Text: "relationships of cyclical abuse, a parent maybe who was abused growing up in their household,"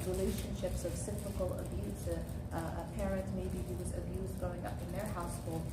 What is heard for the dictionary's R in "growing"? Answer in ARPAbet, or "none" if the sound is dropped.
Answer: none